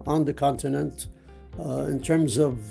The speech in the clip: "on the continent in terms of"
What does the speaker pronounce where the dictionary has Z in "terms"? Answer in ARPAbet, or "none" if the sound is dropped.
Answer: Z